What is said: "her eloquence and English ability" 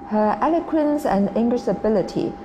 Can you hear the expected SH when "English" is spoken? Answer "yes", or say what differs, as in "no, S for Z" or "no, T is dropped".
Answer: no, S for SH